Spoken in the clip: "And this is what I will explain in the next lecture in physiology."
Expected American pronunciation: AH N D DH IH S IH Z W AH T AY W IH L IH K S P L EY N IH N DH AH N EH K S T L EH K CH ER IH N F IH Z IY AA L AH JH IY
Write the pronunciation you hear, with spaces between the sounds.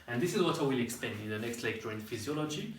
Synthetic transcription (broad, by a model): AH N DH IH S IH Z W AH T AY W IH L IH K S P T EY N IH N DH AH N EH K S T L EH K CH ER IH N F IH Z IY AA L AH JH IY